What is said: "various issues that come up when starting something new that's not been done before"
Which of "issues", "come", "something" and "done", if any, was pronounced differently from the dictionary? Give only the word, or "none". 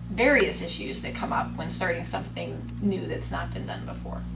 none